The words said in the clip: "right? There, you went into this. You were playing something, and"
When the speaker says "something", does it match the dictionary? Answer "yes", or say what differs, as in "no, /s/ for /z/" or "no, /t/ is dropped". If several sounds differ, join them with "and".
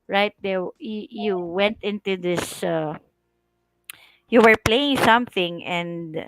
yes